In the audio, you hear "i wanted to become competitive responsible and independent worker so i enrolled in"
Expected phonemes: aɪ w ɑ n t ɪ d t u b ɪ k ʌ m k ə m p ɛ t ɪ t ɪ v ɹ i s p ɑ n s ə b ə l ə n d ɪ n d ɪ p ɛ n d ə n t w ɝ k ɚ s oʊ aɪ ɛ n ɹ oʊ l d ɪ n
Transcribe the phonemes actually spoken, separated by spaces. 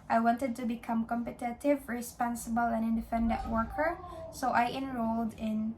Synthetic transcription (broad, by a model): aɪ w ɑ n t ɪ d t u b ɪ k ʌ m k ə m p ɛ t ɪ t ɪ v ɹ i s p ɑ n s ə b ə l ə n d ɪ n d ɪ f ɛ n d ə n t w ɝ k ɚ s oʊ aɪ ɛ n ɹ oʊ l d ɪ n